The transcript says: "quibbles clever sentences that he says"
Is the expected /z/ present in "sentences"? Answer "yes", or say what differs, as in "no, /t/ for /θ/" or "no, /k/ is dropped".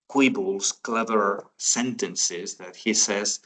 yes